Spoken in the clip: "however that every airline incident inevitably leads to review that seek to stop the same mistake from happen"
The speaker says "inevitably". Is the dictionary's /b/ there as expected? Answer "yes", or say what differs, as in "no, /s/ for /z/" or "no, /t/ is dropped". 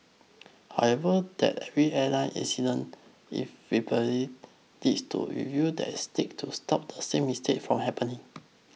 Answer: no, /b/ is dropped